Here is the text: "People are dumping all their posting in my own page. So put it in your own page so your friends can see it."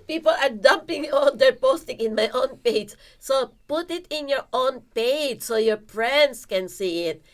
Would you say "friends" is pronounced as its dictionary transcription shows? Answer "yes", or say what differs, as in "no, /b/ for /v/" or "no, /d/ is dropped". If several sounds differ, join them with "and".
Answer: no, /p/ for /f/ and /s/ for /z/